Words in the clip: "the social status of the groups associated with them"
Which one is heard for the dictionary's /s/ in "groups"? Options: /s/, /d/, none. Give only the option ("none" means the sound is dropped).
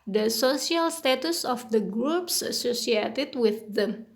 /s/